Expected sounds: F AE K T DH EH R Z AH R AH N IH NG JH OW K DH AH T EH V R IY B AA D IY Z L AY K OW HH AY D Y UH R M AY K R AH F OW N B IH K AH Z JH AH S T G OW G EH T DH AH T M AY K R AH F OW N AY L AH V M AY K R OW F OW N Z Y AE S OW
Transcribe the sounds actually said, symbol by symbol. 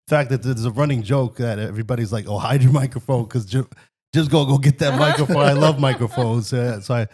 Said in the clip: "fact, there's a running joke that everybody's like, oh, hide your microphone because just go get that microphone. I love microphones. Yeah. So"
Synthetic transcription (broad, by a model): F AE K T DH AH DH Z AH R AH N IH NG JH OW K DH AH T EH V R IY B AA D IY Z L AY K OW HH AY D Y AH R M AY K R AH F OW N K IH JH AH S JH AH S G G OW G EH T DH AH T M AY K R AH F OW N AY L AH V M AY K R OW F OW N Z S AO S OW